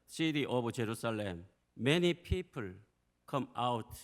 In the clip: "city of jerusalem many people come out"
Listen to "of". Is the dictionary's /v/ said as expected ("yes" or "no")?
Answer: no